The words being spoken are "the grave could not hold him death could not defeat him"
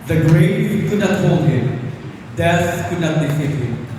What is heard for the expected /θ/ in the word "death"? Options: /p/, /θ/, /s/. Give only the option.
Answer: /s/